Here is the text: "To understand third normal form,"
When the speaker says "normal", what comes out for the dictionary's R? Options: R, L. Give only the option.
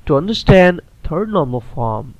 R